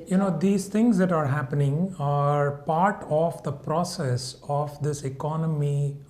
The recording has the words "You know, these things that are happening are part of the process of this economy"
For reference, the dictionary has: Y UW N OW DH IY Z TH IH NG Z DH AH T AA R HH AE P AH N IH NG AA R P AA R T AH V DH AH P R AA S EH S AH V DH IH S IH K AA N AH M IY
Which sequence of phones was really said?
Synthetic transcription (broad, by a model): Y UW N OW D IY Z T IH NG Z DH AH T AA R HH AE P AH N IH NG AA R P AA R T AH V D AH P R AA S EH S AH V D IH S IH K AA N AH M IY